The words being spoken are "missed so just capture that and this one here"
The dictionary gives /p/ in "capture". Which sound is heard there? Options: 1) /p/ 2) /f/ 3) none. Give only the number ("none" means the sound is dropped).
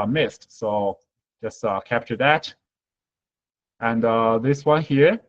1